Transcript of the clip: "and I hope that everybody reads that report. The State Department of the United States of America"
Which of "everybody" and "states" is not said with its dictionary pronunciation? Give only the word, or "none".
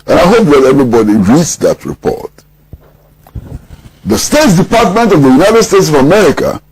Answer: none